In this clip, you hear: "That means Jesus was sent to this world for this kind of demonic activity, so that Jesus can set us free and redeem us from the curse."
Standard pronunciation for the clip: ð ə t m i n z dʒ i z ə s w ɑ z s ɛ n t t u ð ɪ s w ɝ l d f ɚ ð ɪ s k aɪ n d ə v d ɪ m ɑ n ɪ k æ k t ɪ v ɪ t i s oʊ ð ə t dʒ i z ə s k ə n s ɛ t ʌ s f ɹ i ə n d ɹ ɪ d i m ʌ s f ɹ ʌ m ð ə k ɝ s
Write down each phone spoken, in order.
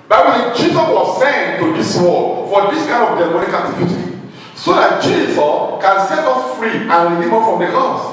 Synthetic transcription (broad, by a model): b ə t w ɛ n dʒ i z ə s w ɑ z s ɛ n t t u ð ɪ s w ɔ d f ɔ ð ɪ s k aɪ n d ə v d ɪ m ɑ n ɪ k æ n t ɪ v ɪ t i s oʊ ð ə t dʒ i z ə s k ə n s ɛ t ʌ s f ɹ i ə n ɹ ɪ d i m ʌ f ɹ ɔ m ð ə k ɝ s